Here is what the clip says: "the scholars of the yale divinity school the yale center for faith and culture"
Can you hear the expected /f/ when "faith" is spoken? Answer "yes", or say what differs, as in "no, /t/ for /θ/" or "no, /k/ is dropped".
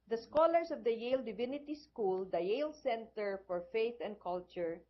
yes